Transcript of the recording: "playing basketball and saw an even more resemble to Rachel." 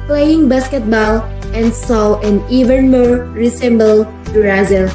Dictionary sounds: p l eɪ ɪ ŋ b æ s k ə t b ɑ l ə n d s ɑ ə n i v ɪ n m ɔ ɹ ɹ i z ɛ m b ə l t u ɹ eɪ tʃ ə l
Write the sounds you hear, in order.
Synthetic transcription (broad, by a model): p l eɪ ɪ ŋ b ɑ s k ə t b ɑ l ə n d s ɑ ə n i v ɪ n m ɔ ɹ ɹ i s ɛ m b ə l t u ɹ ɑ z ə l